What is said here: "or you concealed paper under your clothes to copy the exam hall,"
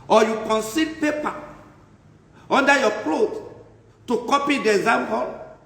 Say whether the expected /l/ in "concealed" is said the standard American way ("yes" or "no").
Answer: no